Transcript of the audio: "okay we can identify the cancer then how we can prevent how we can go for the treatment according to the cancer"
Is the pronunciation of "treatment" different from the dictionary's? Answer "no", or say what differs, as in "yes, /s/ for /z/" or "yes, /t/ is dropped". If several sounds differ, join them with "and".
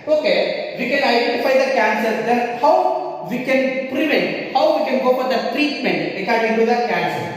no